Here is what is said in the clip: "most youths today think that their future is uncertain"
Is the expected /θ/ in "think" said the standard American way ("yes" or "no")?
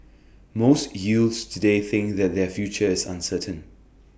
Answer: yes